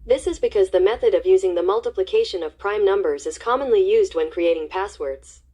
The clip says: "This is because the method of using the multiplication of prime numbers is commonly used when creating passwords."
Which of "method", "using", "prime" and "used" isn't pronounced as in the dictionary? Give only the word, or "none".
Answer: none